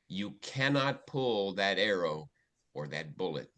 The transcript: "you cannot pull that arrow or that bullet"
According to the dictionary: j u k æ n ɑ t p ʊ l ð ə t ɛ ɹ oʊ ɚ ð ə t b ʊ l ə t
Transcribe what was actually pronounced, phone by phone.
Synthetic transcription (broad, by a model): j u k æ n ɑ t p ʊ l ð ə t ɛ ɹ oʊ ɚ ð ə t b ʊ l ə t